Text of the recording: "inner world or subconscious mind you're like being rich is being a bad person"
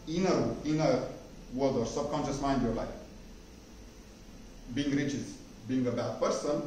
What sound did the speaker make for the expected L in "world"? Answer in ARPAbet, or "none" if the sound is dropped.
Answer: W